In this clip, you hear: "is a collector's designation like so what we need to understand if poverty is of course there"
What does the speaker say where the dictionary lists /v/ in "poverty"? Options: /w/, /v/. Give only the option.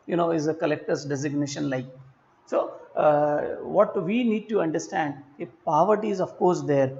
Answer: /v/